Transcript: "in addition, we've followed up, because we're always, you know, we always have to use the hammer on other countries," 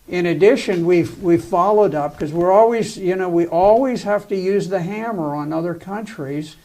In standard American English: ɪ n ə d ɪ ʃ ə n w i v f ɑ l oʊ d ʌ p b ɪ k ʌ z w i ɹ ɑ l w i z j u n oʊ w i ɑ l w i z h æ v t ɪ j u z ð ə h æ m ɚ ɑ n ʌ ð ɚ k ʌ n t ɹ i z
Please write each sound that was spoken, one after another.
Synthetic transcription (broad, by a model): ɪ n ə d ɪ ʃ ə n w i w f ɑ l oʊ d ʌ p k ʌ z w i ɹ ɑ l w i z j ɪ n oʊ w i ɑ l w i z h æ f t ɪ j u z ð ə h æ m ɚ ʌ n ʌ ð ɚ k ʌ n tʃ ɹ i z